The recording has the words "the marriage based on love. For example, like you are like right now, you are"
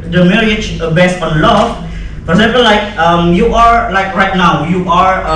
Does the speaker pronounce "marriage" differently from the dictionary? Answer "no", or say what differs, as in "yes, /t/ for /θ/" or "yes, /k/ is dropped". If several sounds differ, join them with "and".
yes, /l/ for /ɹ/